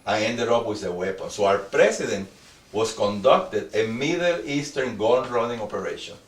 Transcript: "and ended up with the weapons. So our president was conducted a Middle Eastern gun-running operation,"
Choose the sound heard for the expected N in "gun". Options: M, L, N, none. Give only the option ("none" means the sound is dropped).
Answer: L